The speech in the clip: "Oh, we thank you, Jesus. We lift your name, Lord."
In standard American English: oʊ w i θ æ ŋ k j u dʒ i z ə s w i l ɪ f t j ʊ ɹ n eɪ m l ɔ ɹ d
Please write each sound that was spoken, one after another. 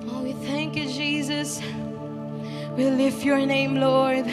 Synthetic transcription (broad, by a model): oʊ w i θ æ ŋ k j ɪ dʒ i z ə s w i l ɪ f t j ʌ ɹ n eɪ m l ɔ ɹ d